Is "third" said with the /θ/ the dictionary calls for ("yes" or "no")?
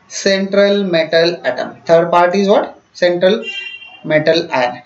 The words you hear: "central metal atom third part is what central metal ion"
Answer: no